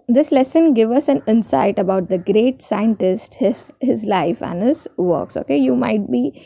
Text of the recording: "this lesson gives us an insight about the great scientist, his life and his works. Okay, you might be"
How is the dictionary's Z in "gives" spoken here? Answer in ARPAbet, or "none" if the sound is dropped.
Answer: none